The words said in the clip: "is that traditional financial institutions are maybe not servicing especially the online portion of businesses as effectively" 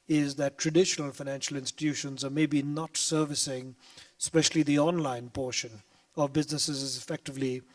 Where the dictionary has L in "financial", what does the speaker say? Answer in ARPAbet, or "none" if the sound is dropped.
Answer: L